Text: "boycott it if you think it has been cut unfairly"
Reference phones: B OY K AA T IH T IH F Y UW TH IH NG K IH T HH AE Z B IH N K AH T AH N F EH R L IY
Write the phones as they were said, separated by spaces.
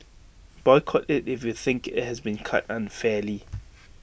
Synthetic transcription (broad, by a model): B OY K AA T IH T IH F Y UW TH IH NG K IH T HH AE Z B IH N K AH T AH N F EH L IY